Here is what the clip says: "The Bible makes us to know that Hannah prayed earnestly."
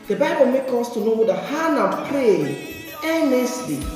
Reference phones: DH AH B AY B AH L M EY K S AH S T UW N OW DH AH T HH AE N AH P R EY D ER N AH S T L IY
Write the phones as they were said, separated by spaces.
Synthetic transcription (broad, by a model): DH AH B AY B AH L M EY K AO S T UW N OW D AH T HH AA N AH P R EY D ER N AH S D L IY